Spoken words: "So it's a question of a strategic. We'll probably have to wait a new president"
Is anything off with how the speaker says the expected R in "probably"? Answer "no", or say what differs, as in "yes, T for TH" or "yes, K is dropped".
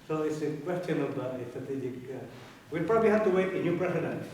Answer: no